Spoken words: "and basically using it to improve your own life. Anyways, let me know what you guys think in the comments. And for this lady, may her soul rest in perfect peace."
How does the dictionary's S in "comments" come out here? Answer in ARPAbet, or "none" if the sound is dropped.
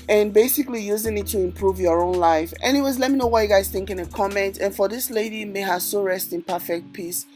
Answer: none